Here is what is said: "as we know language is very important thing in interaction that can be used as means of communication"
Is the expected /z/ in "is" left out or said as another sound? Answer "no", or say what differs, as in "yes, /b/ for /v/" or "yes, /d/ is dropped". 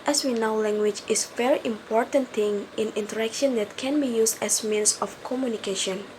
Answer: yes, /s/ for /z/